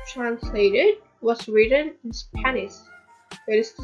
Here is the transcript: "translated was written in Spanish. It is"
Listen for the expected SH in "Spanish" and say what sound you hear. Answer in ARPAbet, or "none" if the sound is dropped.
S